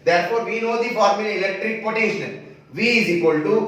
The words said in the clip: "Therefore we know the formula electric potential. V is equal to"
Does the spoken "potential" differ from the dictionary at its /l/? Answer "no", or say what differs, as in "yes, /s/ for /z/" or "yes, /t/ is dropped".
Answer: yes, /n/ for /l/